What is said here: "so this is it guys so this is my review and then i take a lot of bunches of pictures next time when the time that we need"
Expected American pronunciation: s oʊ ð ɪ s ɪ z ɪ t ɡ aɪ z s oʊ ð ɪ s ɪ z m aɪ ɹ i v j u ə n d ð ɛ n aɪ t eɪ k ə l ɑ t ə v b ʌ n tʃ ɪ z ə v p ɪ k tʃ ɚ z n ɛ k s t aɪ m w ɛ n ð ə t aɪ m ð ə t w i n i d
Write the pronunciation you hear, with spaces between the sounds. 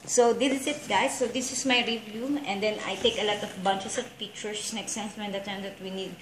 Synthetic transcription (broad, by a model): s oʊ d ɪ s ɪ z ɪ t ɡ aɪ s oʊ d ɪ s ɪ s m aɪ ɹ i v j u ə n d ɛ n aɪ t eɪ k ə l ɑ t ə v b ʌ n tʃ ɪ s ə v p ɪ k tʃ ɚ s n ɛ k s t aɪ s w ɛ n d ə t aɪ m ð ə t w i n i d